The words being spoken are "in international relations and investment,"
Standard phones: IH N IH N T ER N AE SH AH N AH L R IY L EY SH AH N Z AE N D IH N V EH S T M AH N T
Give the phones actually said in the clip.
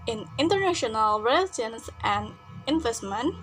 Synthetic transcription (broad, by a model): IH N IH N T ER N AE SH AH N AH L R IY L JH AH N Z AE N D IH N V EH S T M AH N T